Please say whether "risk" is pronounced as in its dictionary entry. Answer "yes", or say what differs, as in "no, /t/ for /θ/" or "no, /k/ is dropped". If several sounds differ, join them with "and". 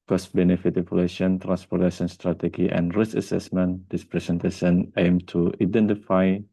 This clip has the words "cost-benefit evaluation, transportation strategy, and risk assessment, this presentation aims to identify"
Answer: no, /k/ is dropped